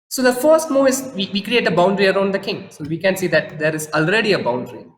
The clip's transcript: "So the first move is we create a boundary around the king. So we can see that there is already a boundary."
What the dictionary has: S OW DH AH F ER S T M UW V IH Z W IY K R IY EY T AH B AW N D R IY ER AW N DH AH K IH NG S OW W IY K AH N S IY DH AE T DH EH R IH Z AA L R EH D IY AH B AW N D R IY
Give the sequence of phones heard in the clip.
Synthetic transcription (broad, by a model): S OW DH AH F ER S T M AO IH Z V IY K R IY EY T AH B AW N D R IY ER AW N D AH K IH NG S OW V IY K AH N S IY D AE T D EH R IH Z AA L R EH D IY AH B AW N D R IY